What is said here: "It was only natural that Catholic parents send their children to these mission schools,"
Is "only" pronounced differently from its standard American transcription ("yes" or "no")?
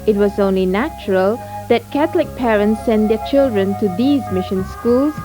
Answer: no